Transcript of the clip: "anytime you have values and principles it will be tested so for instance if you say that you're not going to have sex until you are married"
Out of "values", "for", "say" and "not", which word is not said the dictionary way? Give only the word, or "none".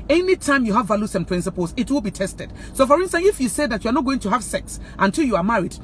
values